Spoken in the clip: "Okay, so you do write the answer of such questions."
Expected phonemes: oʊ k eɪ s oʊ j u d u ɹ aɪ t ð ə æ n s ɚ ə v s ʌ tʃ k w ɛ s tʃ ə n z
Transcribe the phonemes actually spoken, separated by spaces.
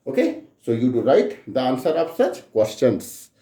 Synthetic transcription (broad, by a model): oʊ k eɪ s oʊ j u d u ɹ aɪ t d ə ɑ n s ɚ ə p s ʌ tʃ k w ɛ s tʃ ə n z